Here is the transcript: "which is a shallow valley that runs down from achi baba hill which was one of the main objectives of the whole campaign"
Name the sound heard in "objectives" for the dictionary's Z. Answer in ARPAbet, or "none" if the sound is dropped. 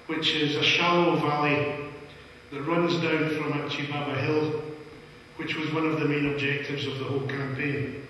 Z